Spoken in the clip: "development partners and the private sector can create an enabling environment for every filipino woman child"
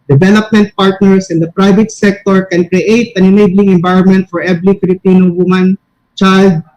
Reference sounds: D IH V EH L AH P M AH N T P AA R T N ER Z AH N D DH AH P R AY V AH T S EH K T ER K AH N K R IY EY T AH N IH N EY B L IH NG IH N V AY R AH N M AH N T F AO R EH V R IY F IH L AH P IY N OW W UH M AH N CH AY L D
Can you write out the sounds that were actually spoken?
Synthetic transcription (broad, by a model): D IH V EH L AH P M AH N T P AA R T N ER S AH N D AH P R AY V AH T S EH K T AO K AH N K R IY EY T AH N IH N EY B L IH NG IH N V AY R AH N M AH N T F AO R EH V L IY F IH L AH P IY N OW W UH M AH N CH AY L D